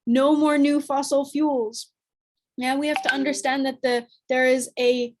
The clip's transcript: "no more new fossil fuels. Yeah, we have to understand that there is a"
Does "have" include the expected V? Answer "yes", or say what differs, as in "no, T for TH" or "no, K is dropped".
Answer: no, F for V